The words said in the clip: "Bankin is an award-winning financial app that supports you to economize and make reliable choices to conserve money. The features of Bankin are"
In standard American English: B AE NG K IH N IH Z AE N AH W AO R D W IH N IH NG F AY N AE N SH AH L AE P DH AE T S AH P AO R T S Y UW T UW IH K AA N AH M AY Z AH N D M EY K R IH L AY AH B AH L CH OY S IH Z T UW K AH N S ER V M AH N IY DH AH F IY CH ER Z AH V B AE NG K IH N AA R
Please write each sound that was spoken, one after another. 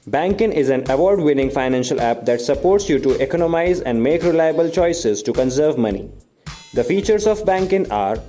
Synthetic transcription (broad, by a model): B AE NG K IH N IH Z AE N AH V AO R D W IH N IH NG F AY N AE N SH AH L AE P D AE T S AH P AO R T S Y UW T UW IH K AA N AH M AY Z AH N D M EY K R IH L AY AH B AH L CH OY S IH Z T UW K AH N S ER V M AH N IY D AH F IY CH ER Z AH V B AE NG K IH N AA R